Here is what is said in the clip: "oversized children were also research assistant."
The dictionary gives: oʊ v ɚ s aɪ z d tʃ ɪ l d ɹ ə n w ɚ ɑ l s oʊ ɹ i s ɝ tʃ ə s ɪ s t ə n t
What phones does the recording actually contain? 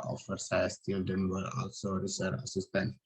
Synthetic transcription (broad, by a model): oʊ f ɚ s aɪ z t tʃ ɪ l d ə n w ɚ ɑ l s oʊ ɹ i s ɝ ə s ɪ s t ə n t